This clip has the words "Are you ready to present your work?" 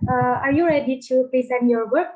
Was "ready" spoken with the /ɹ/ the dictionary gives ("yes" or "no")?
yes